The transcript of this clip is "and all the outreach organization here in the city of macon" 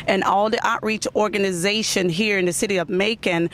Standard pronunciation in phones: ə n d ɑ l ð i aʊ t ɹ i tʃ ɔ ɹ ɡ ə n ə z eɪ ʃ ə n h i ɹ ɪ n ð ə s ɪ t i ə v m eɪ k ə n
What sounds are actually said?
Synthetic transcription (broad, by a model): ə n ɑ l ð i aʊ t ɹ i tʃ ɔ ɹ ɡ ə n ə z eɪ ʃ ə n h i ɹ ɪ n ð ə s ɪ t i ə v m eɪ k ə n